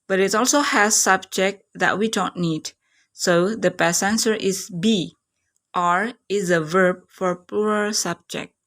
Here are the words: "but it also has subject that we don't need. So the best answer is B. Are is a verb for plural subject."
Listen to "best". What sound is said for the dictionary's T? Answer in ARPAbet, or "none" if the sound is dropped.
none